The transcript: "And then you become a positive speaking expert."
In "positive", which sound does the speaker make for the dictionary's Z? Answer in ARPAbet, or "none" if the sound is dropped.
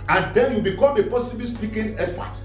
S